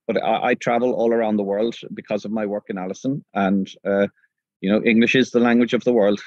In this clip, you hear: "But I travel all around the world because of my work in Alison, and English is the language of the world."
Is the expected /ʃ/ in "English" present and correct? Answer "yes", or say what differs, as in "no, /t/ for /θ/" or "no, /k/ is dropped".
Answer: yes